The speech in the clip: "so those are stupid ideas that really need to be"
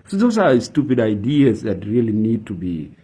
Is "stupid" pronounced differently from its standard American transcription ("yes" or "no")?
no